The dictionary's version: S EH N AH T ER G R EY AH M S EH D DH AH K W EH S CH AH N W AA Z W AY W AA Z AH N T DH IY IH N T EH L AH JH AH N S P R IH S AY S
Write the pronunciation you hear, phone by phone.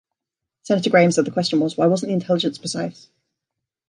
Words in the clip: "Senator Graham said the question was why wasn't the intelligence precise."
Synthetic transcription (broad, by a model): S EH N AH T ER G R EY AH M S EH D DH AH K W EH S CH AH N W AA Z W AY W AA Z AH N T DH IY IH N T EH L AH JH AH N S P IH S AY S